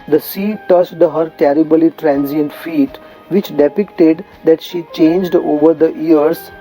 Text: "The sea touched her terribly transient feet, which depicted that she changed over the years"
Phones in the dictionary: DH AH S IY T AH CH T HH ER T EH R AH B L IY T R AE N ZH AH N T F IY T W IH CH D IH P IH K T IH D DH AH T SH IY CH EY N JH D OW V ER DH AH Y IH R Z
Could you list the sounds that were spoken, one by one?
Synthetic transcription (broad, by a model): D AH S IY T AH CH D HH ER T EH R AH B L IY T R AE N Z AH N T F IY T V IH CH D IH P IH K T IH D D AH T SH IY CH EY N JH D OW V ER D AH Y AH R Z